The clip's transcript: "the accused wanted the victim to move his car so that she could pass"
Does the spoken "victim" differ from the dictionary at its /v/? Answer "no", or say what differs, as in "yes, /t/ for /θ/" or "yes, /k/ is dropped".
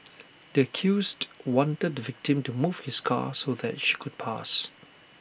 no